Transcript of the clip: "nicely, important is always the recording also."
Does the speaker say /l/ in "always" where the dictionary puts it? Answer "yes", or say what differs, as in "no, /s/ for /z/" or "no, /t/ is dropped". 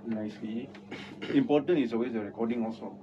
no, /l/ is dropped